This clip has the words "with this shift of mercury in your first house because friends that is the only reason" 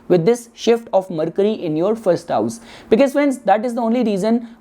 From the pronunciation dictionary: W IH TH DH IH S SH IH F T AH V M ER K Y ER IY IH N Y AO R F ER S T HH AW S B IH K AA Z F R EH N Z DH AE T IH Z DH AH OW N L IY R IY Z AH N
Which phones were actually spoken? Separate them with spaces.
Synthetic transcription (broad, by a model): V IH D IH S SH IH F T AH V M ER K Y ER IY IH N Y AO R F ER S T HH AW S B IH K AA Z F EH N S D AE T IH Z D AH OW N L IY R IY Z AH N